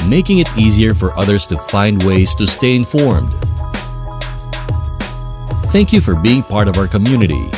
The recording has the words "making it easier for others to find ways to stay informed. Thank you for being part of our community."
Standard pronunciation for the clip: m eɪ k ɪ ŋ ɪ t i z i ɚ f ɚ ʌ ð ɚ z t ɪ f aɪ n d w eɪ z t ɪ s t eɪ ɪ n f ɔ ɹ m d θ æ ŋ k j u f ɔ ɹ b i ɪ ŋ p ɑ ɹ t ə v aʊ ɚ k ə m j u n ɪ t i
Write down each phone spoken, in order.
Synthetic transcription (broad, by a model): m eɪ k ɪ ŋ ɪ t i z i ɚ f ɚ ʌ ð ɚ z t ɪ f aɪ n d w eɪ z t ɪ s t eɪ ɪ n f ɔ ɹ m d θ æ ŋ k j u f ɔ ɹ b i ɪ ŋ p ɑ ɹ t ə v aʊ ɚ k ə m j u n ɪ t i